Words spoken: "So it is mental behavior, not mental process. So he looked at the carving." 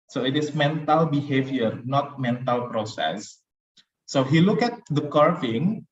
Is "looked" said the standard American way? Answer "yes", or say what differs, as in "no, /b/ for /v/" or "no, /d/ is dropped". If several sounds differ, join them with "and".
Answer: no, /t/ is dropped